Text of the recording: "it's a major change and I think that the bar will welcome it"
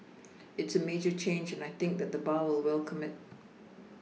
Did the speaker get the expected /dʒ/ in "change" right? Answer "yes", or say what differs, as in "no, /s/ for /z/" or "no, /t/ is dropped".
yes